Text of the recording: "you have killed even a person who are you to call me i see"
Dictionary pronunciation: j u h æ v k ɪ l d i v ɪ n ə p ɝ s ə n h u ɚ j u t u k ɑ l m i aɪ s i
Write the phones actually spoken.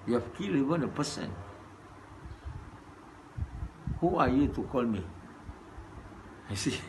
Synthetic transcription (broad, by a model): j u h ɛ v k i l i v ɪ n ə p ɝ s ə n h u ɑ j u t u k ɑ l m i aɪ s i